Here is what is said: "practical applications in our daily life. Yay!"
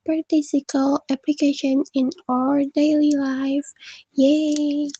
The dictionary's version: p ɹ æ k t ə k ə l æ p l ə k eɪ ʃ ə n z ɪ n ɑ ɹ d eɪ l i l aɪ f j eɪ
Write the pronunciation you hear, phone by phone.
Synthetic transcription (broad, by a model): p ɹ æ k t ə k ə l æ p l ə k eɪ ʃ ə n ɪ n ɑ ɹ d eɪ l i l aɪ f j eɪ